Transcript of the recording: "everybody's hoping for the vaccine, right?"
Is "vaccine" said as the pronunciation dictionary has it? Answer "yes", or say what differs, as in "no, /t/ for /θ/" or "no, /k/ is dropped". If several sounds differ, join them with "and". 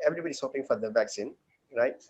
yes